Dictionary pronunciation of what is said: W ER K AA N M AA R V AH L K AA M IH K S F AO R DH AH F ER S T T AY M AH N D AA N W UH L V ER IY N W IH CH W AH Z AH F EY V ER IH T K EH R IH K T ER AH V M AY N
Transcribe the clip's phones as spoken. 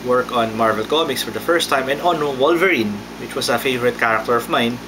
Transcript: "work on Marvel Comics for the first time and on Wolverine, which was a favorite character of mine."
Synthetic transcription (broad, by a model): W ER K AA N M AA R V AH L K AA M IH K S F AO R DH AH F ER S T T AY M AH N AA N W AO L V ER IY N W IH CH W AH S AH F EY V ER IH T K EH R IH K T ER AH V M AY N